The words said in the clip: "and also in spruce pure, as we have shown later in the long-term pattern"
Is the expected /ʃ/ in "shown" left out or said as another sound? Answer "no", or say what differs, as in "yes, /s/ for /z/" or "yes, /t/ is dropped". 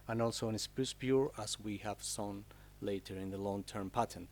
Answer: yes, /s/ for /ʃ/